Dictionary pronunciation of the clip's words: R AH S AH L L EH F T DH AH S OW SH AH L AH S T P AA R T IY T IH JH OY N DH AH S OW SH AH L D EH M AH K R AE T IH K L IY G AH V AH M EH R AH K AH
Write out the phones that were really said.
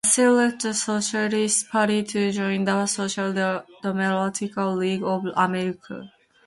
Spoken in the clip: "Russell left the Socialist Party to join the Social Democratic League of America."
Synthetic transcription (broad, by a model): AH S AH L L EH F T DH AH S OW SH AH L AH S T P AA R T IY T IH JH OY N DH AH S OW SH AH L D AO M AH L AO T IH K L IY G AH V AH M EH R AH K AH